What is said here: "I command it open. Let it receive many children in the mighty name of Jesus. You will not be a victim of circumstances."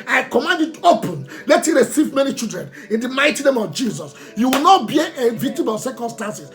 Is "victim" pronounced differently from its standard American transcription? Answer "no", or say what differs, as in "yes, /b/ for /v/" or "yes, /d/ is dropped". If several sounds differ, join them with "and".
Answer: yes, /k/ is dropped